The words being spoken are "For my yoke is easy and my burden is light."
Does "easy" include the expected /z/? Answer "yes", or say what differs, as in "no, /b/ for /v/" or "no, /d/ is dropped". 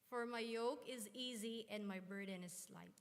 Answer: yes